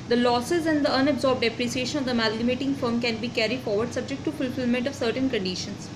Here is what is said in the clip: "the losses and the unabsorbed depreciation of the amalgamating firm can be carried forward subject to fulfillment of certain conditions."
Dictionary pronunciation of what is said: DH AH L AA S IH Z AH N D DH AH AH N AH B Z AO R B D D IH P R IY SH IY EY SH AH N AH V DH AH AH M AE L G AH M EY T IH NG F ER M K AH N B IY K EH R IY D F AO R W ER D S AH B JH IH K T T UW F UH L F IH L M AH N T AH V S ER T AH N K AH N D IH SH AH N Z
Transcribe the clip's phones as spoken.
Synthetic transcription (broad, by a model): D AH L AA S IH Z AH N D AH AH N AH B Z AO R B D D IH P R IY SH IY EY SH AH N AH V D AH AH M AE L G AH M EY T IH NG F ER M K AH N B IY K EH R IY D F AO R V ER D S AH B JH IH K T T UW F UH L F IH L M AH N T AH V S ER T AH N K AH N D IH SH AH N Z